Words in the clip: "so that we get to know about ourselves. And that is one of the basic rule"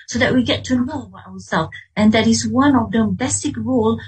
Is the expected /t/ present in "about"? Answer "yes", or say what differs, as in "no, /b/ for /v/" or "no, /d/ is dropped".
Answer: no, /t/ is dropped